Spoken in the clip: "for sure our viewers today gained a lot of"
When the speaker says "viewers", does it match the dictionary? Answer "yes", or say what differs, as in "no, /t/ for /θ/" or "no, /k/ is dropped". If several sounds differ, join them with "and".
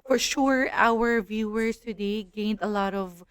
no, /s/ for /z/